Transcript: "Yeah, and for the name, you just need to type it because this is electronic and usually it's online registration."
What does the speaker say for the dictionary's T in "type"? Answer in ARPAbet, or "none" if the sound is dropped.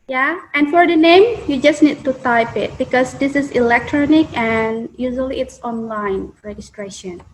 T